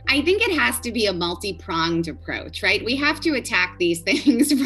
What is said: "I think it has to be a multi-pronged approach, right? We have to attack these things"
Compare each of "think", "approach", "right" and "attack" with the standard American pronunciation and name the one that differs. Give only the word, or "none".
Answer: none